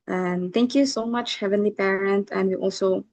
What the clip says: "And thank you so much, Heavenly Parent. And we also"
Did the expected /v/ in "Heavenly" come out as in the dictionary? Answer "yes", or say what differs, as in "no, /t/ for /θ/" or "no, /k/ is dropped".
yes